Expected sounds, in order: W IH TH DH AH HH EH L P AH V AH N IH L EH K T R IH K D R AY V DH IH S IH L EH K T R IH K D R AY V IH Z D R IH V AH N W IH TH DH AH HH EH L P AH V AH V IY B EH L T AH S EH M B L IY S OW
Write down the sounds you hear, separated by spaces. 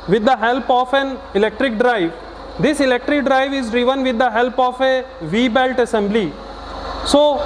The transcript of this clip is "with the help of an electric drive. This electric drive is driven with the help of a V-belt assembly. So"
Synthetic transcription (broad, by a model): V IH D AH HH EH L P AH F AH N IH L EH K T R IH K D R AY V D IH S IH L EH K T R IH K D R AY V IH Z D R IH V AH N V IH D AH HH EH L P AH F AH V IY B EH L T AH S EH M B L IY S OW